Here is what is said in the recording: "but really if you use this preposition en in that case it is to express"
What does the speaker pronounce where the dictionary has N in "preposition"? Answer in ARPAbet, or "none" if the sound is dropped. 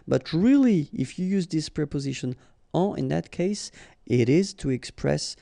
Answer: N